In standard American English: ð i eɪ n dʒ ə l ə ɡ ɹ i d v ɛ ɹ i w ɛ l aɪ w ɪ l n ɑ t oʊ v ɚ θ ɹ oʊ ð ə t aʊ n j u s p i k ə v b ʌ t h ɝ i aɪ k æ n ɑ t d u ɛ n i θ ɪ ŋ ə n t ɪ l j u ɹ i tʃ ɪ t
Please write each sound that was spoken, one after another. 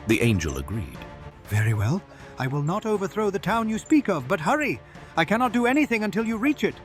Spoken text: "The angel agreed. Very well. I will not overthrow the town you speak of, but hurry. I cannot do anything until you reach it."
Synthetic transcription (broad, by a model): ð i eɪ n dʒ ə l ə ɡ ɹ i d v ɛ ɹ i w ɛ l aɪ w ɪ l n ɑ t oʊ v ɚ θ ɹ oʊ ð ə t aʊ n j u s p i k ə v b ʌ t h ɝ i aɪ k æ n ɑ t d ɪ ɛ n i θ ɪ ŋ ə n t ɪ l j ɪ ɹ i tʃ ɪ t